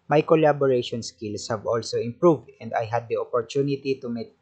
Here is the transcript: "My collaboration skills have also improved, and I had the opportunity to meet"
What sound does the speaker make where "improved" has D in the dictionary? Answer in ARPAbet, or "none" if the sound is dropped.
D